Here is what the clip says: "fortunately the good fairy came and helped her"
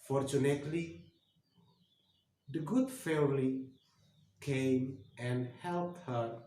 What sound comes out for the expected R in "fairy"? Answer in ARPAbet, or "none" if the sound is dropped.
L